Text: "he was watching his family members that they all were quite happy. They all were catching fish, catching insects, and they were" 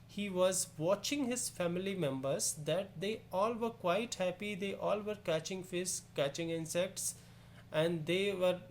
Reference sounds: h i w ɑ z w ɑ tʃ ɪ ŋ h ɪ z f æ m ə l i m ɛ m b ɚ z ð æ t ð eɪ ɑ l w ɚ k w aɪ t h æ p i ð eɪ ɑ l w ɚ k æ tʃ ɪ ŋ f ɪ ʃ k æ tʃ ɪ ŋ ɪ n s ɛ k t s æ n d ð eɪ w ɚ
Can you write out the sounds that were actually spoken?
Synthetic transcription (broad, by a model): h i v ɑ z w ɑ tʃ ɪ ŋ h ɪ z f æ m ə l i m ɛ m b ɚ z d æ t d eɪ ɑ l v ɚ k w aɪ t h æ p i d eɪ ɑ l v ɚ k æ tʃ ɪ ŋ f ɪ s k æ tʃ ɪ ŋ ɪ n s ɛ k t s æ n d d eɪ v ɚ